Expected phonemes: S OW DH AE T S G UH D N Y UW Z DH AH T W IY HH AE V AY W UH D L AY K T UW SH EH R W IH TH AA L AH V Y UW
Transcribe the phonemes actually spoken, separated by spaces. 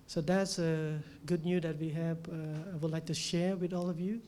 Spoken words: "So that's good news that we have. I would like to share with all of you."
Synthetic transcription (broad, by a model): S OW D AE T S G UH D N Y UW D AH T W IY HH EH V AY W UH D L AY K T UW SH EH R W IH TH AA L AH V Y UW